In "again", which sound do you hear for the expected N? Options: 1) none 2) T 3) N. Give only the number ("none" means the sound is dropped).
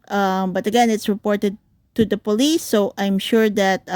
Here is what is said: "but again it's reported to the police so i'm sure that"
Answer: 3